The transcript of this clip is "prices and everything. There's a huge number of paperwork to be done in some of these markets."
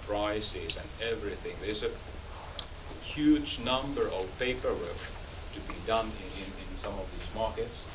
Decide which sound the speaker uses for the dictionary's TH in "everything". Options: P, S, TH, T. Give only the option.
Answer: TH